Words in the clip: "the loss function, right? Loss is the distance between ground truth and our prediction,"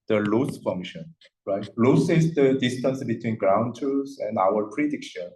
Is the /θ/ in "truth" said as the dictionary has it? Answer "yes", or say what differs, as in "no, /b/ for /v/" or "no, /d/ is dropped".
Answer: no, /s/ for /θ/